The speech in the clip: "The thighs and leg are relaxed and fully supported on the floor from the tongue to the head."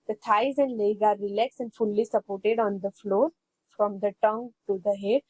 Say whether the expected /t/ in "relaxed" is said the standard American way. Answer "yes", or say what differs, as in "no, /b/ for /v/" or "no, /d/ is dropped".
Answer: no, /t/ is dropped